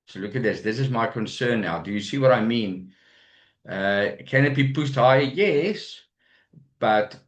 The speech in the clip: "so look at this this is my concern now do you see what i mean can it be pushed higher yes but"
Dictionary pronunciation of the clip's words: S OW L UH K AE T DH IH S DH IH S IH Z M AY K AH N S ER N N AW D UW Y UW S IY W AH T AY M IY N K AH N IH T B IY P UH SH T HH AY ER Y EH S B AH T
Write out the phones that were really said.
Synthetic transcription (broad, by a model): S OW L UH K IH T DH IH S DH IH S IH Z M AY K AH N S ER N N AW D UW Y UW S IY W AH T AY M IY N K AH N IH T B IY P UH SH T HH AY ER Y EH S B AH T